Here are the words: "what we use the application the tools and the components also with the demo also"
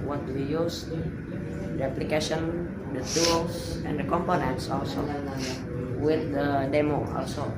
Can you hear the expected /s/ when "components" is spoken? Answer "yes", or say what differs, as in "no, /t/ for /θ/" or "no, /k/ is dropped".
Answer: yes